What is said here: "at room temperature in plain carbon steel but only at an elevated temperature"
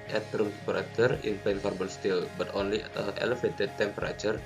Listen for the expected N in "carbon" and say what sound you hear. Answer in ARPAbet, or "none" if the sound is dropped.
L